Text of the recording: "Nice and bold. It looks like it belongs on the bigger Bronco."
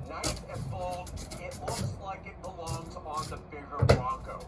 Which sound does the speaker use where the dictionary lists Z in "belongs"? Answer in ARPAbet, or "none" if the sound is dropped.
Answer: Z